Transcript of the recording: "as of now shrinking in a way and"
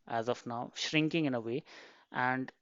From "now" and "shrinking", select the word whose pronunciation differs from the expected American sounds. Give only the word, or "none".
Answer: none